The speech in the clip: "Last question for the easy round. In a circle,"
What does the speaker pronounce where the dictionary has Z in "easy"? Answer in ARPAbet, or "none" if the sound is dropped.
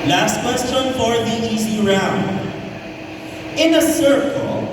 S